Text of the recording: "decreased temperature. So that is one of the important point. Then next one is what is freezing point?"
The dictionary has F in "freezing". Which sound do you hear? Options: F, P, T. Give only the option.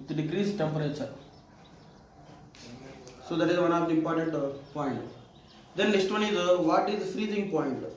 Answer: F